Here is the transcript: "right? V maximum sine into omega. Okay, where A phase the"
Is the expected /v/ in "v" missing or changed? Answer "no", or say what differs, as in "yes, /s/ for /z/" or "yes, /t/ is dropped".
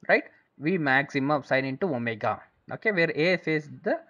no